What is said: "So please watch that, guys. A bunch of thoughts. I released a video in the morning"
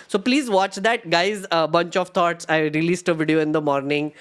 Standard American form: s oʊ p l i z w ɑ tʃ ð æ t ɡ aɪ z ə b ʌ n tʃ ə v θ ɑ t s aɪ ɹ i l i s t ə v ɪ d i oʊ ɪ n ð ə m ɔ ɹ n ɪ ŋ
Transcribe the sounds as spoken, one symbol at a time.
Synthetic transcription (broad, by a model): s oʊ p l i z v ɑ tʃ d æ t ɡ aɪ z ə b ʌ n tʃ ə v t ɑ t s aɪ ɹ i l i s t ə v ɪ d i oʊ ɪ n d ə m ɔ ɹ n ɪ ŋ